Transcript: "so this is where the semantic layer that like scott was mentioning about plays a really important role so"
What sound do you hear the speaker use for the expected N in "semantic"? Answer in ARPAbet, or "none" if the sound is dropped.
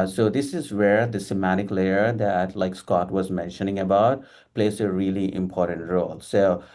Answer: none